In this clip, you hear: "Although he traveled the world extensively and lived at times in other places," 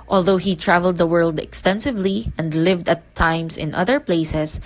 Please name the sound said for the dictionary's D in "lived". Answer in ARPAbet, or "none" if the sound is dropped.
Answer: D